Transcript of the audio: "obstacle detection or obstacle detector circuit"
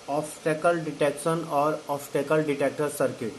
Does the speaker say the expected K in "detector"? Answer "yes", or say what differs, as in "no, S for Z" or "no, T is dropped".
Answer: yes